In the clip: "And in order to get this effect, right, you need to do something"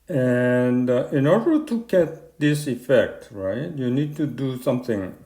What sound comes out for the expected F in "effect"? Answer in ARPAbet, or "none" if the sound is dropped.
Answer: F